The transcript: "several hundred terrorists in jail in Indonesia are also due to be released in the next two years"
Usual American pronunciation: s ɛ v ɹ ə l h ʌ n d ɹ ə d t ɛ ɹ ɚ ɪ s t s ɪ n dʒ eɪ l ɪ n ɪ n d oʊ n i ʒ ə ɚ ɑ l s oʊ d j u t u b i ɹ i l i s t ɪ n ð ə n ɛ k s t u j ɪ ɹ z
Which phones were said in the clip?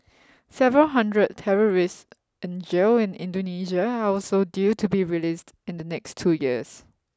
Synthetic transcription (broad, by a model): s ɛ v ɹ ə l h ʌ n d ɹ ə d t ɛ ɹ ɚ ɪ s s ɪ n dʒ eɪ ɪ n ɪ n d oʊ n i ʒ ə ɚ ɑ l s oʊ d j u t u b i ɹ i l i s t ɪ n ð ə n ɛ k s t u j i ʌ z